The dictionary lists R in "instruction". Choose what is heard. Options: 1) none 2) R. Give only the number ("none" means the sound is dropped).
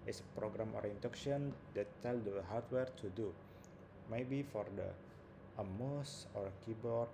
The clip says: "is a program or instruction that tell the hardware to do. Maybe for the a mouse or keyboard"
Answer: 1